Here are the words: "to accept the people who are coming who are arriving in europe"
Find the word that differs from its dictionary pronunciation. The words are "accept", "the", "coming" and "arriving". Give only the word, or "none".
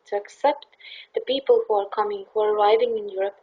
none